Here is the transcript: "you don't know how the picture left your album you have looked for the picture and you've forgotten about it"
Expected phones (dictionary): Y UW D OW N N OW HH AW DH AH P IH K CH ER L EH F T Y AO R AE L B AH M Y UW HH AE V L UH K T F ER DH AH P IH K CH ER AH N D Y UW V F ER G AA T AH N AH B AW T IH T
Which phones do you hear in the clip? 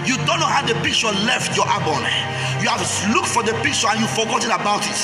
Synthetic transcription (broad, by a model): Y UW D OW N N OW HH AW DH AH P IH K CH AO L EH F T Y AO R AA B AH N Y UW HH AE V L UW K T F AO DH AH P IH K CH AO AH N Y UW F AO G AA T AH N AH B AW T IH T